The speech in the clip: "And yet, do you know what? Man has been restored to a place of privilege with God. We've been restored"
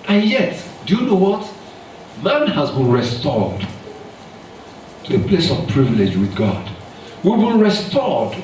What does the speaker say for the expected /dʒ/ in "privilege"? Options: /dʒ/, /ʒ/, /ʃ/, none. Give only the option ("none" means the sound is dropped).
/dʒ/